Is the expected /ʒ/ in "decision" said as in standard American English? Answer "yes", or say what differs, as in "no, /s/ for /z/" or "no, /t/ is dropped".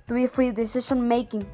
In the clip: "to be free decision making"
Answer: no, /ʃ/ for /ʒ/